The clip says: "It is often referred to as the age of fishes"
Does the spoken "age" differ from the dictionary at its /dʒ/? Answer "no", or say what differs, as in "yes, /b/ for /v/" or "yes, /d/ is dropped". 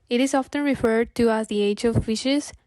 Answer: no